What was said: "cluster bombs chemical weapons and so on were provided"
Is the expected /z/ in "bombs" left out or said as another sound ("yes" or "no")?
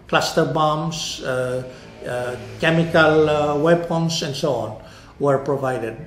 yes